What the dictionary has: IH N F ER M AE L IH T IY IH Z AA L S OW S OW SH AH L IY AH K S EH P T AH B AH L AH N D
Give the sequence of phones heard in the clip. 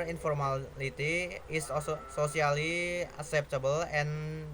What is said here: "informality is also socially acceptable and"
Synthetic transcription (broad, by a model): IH N F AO M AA L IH T IY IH S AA S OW S OW S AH L IY AH K S EH P T AH B AH L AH N